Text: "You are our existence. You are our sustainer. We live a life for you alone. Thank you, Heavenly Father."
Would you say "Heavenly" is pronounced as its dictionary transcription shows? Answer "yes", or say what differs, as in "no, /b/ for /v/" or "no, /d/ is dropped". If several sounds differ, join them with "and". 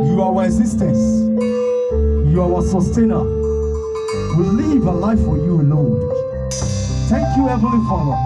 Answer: no, /n/ is dropped